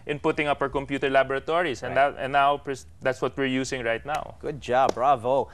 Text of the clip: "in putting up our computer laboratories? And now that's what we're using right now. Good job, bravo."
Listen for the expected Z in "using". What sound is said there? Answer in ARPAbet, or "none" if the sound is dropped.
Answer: S